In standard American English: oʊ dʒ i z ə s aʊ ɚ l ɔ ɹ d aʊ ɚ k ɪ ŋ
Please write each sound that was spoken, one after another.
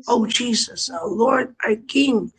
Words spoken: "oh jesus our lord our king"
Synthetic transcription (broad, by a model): oʊ dʒ i z ə s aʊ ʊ l ɔ ɹ d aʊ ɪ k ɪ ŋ